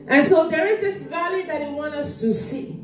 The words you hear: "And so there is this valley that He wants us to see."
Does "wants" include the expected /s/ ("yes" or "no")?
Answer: no